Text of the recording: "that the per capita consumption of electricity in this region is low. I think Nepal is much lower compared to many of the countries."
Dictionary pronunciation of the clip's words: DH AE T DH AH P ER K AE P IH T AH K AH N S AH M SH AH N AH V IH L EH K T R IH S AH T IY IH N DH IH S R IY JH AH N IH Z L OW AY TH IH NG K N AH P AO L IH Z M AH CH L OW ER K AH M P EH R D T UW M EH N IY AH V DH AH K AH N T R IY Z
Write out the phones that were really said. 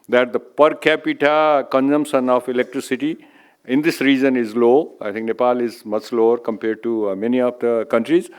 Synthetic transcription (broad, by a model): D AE T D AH P ER K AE P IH T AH K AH N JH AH M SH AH N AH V IH L EH K T R IH S AH T IY IH N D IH S R IY JH AH N IH Z L OW AY T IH NG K N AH P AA L IH Z M AH CH L OW ER K AH M P EH R D T UW M EH N IY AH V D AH K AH N T R IY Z